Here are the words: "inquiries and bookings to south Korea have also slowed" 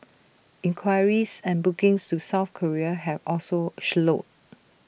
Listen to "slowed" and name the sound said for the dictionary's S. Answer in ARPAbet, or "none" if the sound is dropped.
SH